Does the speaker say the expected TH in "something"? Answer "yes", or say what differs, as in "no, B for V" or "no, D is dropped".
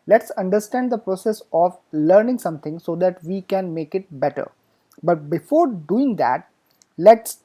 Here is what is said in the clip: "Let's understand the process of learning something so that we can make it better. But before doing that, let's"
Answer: no, T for TH